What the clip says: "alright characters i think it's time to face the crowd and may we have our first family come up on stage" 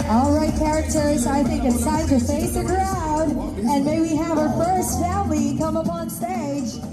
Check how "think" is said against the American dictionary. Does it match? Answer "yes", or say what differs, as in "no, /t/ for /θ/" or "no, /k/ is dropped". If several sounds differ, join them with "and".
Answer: yes